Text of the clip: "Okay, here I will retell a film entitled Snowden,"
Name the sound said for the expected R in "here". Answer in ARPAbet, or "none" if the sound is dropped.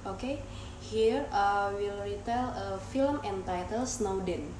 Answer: R